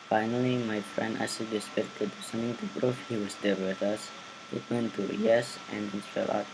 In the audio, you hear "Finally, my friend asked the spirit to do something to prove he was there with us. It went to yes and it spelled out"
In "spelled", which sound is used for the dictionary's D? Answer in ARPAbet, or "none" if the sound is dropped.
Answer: none